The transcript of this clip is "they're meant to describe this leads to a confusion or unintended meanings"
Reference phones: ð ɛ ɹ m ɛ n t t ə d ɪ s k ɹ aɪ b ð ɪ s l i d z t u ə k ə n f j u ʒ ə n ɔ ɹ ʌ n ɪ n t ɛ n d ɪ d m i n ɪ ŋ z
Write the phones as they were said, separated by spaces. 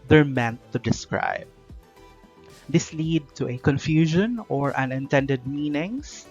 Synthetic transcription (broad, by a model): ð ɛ ɹ m ɛ n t t ə d ɪ s k ɹ aɪ b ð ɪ s l i d t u ə k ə n f j u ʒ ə n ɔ ɹ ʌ n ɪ n t ɛ n d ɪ d m i n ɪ ŋ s